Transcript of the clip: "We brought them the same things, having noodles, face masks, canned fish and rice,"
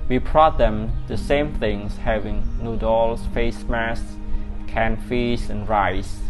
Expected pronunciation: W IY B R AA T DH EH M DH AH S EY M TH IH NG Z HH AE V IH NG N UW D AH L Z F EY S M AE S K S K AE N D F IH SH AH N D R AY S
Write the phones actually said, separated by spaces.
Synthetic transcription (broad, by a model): W IY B R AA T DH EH M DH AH S EY M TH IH NG S HH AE V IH NG N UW D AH L S F EY S M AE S S K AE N F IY S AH N R AY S